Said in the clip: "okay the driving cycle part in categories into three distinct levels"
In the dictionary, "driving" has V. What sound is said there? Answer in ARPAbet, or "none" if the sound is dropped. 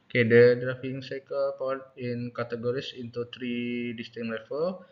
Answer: F